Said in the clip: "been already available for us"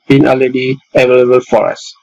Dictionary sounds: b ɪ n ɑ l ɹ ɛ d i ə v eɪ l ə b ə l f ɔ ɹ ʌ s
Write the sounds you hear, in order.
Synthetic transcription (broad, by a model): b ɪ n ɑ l ɛ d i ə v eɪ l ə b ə l f ɔ ɹ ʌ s